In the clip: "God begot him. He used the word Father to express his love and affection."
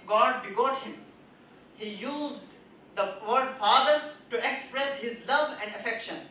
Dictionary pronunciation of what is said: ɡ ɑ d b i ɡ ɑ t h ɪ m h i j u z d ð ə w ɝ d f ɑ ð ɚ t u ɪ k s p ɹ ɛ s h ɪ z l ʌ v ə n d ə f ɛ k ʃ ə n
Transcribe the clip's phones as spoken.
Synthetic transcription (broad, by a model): ɡ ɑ d b i ɡ ɑ t h ɪ m h i j u z d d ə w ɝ d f ɑ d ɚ t u ɪ k s p ɹ ɛ s h ɪ z l ʌ v ə n d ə f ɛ k ʃ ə n